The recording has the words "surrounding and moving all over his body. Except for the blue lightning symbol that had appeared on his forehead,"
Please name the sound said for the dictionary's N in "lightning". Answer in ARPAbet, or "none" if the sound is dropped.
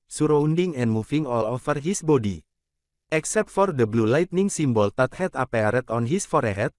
N